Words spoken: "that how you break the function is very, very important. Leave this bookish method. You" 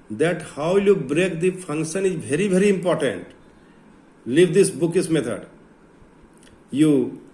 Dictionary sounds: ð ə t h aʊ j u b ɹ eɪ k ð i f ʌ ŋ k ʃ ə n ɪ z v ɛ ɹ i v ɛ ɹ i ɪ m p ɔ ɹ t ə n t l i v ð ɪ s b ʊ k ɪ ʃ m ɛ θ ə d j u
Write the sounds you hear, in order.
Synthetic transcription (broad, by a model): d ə t h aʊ j u b ɹ eɪ k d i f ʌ ŋ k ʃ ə n ɪ z v ɛ ɹ i v ɛ ɹ i ɪ m p ɔ ɹ t ə n t l i v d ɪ s b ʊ k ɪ s m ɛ t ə d j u